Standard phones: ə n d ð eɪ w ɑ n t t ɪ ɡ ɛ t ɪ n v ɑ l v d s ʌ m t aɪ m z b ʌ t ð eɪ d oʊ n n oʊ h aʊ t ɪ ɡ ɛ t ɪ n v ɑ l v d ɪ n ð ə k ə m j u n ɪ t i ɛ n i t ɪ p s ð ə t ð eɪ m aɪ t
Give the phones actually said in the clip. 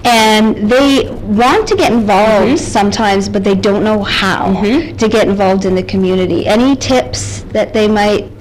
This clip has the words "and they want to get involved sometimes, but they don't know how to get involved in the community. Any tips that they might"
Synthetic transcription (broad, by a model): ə n ð eɪ w ɑ n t t ɪ ɡ ɛ t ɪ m v ɑ l v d s ʌ m t aɪ m z b ʌ t ð eɪ d oʊ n n oʊ h aʊ t ɪ ɡ ɛ t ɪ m v ɑ l v d ɪ n ð ə k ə m j u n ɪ t i ɛ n i t ɪ p s ð ə t ð eɪ m aɪ t